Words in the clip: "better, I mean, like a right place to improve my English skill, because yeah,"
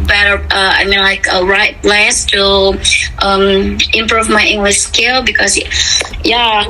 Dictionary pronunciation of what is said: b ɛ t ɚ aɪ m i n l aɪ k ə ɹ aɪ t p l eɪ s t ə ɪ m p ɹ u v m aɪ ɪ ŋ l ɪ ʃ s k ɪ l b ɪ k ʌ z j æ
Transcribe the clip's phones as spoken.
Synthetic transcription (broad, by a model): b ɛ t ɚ aɪ m i n l aɪ k ə ɹ aɪ t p l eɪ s t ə ɪ m p ɹ u v m aɪ ɪ ŋ l ɪ ʃ s k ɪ l b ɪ k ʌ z j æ